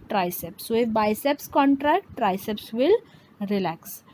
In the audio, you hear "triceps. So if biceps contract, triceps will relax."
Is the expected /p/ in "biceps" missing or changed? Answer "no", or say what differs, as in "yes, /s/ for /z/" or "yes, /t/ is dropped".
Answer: no